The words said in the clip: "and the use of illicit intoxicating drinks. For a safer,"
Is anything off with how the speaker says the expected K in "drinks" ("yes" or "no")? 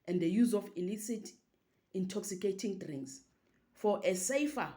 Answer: yes